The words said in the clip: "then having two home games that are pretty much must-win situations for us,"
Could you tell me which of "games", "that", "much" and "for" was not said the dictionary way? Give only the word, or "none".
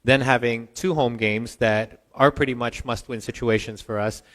none